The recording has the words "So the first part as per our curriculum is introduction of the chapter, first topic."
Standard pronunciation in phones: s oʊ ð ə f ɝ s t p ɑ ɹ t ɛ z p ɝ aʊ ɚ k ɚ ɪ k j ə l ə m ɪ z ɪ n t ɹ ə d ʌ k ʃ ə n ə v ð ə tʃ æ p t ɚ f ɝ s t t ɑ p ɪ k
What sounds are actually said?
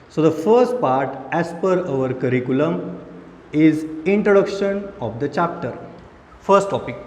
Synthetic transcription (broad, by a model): s oʊ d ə f ɝ s t p ɑ ɹ t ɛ s p ɝ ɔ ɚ k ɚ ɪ k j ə l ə m ɪ z ɪ n t ɹ ə d ʌ k ʃ ə n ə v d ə tʃ æ p t ɚ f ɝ s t t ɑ p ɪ k